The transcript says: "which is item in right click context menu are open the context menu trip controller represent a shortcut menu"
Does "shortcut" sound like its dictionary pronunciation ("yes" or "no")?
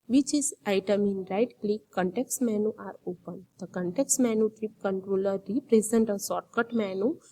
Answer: no